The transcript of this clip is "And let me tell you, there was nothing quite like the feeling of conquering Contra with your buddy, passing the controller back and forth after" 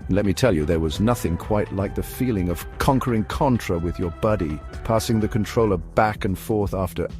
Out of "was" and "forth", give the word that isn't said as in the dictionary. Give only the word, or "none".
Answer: none